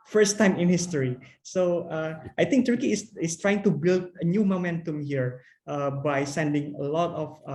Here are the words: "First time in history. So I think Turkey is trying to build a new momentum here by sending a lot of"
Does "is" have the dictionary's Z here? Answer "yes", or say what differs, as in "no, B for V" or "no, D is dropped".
no, S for Z